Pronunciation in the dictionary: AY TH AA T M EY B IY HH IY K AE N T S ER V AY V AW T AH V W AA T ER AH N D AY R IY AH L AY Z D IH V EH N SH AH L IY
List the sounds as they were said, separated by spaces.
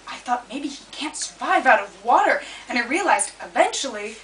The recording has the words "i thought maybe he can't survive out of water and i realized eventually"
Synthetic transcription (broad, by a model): AY TH AA T M EY B IY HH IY K AE N T S ER V AY V AW T AH V W AA T ER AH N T R IY AH L AY Z D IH V EH N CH L IY